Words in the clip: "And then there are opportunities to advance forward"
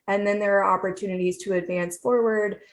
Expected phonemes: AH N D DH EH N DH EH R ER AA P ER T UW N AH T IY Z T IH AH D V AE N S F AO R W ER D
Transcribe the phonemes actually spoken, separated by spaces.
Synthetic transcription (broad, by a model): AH N DH EH N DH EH R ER AA P ER T UW N AH T IY Z T IH AH D V AE N S F AO R W ER D